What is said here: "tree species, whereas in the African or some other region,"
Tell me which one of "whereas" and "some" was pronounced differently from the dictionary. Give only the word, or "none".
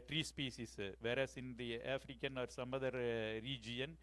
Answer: whereas